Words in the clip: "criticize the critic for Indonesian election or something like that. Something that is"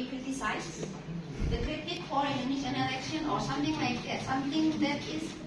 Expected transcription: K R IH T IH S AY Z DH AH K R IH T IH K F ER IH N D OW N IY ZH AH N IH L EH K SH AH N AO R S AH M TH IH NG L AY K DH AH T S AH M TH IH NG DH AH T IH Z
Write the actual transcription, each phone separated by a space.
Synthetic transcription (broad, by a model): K R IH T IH S AY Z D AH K R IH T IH K F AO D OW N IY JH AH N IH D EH SH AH N AO R S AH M T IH NG L AY K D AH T S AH M T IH NG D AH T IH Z